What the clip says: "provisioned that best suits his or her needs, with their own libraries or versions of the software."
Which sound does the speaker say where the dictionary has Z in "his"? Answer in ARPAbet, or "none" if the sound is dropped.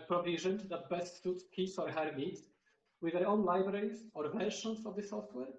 S